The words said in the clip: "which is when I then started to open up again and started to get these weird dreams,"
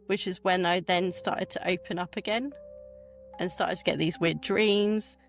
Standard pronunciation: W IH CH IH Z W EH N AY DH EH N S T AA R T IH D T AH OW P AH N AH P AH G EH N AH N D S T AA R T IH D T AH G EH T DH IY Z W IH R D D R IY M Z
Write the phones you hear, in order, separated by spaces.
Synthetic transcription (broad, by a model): W IH CH IH Z W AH N AY DH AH N S T AA T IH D T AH OW P AH N AH P AH G EH N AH N S T AA T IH D T AH G EH T DH IY Z W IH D D R IY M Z